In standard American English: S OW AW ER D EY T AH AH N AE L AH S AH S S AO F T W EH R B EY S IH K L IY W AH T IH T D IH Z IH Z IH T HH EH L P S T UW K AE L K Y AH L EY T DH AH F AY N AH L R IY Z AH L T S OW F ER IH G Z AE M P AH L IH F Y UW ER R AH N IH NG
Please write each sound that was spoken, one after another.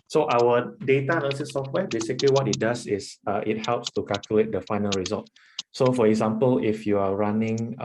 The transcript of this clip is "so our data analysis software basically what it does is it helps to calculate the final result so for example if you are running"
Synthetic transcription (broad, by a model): S OW AW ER D EY T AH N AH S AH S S AO F T W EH B EY S IH K L IY W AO T IH T D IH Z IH S IH T HH EH L P S T UW K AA L K Y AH L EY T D AH F AY N AH L R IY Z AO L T S OW F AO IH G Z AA M P AH L IH F Y UW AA R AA N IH NG